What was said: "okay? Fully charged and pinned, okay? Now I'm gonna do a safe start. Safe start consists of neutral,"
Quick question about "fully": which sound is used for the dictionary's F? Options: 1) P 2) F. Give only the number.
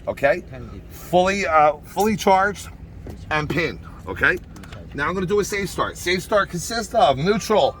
2